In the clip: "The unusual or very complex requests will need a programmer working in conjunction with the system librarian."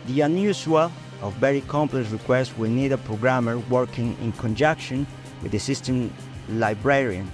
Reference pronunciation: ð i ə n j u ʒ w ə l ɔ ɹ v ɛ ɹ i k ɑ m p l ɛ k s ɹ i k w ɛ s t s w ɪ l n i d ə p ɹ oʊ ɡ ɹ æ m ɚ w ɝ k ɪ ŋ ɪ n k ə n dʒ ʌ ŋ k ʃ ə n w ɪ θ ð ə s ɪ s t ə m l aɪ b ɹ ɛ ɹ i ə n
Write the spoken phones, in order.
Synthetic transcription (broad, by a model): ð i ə n j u s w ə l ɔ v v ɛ ɹ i k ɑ m p l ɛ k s ɹ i k w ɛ s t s w ɪ l n i d ə p ɹ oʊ ɡ ɹ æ m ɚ w ɝ k ɪ ŋ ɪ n k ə n dʒ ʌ k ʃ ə n w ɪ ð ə s ɪ s t ə m l aɪ b ɹ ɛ ɹ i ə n